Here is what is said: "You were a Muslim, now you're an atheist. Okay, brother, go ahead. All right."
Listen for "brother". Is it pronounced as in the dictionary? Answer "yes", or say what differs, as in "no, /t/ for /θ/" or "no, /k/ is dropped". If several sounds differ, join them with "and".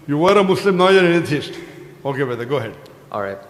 no, /ɹ/ is dropped